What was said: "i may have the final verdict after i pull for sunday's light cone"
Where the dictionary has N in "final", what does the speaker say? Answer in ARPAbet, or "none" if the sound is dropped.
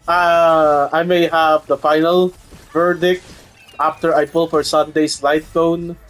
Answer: N